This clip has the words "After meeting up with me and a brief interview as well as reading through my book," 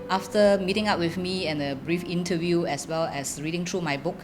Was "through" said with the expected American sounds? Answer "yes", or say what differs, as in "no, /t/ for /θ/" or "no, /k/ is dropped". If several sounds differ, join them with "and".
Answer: no, /t/ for /θ/